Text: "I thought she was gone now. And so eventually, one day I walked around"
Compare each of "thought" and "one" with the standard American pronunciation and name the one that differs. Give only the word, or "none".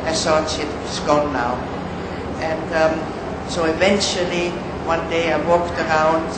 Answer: thought